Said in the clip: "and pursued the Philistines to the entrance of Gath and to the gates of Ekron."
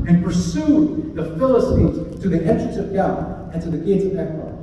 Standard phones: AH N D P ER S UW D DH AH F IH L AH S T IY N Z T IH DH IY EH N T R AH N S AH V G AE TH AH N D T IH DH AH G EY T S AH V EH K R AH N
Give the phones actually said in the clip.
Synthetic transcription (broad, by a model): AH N P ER S UW DH AH F IH L AH S T IY N Z T IH DH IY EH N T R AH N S AH V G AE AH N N T IH DH AH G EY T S AH V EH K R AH